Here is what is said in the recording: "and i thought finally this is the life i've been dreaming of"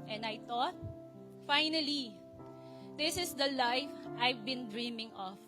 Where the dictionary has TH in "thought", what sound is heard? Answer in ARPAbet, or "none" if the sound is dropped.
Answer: T